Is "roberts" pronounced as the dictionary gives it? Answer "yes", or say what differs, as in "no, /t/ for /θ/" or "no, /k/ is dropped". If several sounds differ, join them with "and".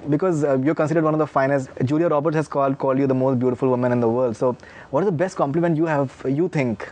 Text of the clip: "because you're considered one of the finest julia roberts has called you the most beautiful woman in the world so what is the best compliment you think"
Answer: no, /s/ is dropped